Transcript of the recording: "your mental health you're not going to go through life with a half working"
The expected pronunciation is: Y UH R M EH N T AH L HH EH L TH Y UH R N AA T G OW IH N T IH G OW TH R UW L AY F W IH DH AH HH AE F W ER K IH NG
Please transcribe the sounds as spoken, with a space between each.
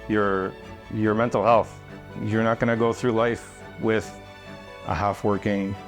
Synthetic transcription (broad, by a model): Y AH R M EH N T L HH EH L TH Y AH R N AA T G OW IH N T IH G OW TH R UW L AY F W IH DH AH HH AE F W ER K IH NG